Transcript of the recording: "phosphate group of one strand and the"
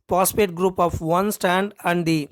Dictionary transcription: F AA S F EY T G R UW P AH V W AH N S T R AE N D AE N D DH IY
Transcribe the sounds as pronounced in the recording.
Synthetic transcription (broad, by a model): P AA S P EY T G R UW P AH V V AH N S T AE N D AE N D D IY